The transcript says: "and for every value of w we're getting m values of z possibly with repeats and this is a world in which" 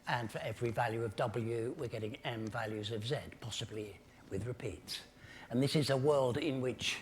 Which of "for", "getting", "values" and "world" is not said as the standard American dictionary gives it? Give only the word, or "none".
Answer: none